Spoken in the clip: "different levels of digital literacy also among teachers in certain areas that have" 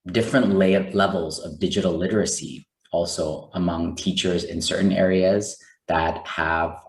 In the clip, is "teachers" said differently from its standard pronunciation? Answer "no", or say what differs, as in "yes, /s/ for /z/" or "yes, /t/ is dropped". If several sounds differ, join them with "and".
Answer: no